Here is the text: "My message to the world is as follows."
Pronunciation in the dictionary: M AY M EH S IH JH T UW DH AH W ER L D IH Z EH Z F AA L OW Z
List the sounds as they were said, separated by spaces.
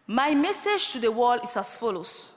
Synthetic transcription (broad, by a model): M AY M EH S IH JH T UW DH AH W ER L IH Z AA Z F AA L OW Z